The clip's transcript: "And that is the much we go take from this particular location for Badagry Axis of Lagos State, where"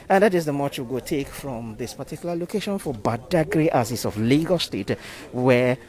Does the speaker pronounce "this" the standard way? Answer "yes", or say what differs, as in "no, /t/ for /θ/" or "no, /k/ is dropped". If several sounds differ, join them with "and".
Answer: yes